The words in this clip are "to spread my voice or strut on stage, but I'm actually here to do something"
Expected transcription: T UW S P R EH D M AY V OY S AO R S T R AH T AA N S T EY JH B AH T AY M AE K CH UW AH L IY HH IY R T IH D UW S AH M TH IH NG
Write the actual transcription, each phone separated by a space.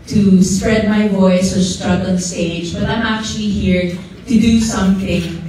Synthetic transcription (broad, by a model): T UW S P R EH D M AY V OY S AO R S T R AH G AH L S T EY JH B AH T AY M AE K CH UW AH L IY HH IY R T IH D UW S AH M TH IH NG